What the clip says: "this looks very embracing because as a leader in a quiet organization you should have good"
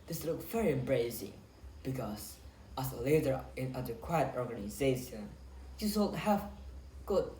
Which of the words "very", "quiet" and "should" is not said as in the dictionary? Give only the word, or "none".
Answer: should